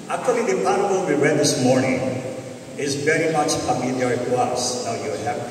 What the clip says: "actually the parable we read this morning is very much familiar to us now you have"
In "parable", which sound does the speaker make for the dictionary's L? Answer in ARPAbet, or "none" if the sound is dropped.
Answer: N